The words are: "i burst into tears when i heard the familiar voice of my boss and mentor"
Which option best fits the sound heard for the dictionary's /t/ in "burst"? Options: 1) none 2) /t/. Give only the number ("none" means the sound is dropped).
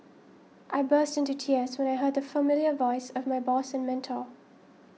2